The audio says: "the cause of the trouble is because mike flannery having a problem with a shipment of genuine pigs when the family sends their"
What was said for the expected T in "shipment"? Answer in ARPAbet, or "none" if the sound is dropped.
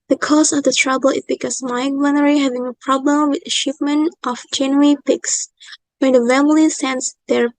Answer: T